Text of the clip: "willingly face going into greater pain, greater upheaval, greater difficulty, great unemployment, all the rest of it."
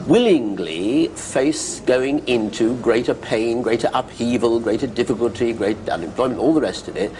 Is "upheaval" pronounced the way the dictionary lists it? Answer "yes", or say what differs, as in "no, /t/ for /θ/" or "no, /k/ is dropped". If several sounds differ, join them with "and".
yes